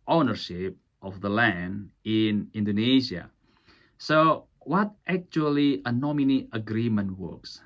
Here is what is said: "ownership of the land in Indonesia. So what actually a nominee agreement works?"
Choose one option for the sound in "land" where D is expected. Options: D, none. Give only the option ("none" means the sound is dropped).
D